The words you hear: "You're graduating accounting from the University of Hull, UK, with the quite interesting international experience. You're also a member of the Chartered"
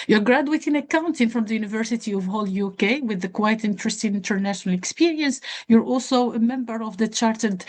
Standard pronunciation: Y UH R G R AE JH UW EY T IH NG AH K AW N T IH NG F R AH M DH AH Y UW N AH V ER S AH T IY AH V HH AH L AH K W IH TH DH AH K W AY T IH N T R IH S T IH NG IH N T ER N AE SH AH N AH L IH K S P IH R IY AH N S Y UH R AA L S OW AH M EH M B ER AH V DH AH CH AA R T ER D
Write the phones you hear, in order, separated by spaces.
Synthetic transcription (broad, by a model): Y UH R G R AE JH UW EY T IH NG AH K AW N T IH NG F R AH M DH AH Y UW N AH V ER S AH T IY AH V HH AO L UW K W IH DH AH K W AY T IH N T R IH S T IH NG IH N T ER N AE SH AH N AH L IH K S P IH R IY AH N S Y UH R AA L S OW AH M EH M B ER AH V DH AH CH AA R T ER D